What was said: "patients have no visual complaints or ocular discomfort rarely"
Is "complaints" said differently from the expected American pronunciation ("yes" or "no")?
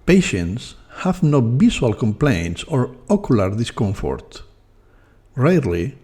no